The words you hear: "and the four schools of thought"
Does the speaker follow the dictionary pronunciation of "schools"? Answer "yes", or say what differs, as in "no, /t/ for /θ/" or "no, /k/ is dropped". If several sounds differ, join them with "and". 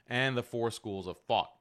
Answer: yes